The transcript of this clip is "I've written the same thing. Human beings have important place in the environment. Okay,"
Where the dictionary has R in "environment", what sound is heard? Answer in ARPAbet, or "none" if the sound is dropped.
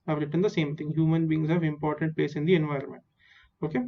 R